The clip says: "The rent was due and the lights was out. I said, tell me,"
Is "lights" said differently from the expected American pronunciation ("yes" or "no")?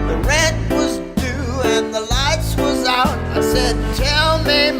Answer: no